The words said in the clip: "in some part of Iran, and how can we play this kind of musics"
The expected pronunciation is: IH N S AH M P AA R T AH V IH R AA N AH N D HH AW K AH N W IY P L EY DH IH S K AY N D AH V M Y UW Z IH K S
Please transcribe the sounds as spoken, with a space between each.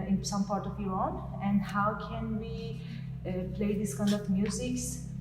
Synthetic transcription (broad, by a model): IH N S AH M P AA R T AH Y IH AA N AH N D HH AW K AH N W IY P L EY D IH S K AY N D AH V M Y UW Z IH K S